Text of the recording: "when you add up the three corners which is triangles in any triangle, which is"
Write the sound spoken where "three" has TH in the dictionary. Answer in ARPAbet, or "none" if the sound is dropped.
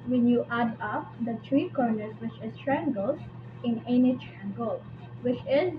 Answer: T